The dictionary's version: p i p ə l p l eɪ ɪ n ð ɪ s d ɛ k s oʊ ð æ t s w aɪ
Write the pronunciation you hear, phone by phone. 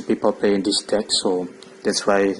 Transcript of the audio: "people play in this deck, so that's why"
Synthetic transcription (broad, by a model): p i p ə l p eɪ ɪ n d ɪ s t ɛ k s oʊ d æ t s w aɪ